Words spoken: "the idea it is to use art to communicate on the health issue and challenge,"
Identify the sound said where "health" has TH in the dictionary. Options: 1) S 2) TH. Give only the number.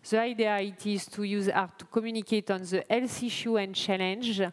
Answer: 1